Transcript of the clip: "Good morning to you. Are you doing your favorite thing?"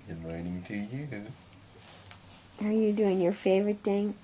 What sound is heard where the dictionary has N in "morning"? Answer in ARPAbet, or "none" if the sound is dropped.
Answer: none